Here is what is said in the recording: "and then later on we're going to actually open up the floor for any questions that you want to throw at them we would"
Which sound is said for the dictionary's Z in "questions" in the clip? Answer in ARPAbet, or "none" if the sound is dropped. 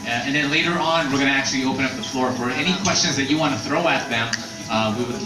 Z